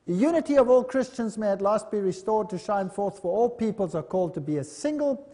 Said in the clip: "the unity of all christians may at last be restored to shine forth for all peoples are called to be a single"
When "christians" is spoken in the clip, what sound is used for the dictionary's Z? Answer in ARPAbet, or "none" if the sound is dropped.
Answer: Z